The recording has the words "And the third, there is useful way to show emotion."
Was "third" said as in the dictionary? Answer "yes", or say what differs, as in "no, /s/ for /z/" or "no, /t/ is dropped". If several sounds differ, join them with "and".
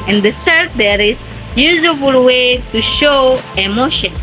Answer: no, /s/ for /θ/